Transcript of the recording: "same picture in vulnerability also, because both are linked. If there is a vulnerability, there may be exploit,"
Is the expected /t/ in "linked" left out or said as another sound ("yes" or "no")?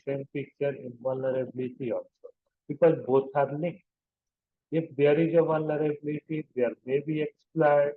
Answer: yes